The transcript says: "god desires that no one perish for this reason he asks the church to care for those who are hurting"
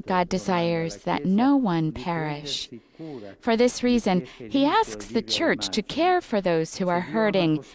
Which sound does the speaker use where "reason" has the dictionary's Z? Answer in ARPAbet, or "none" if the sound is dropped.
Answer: Z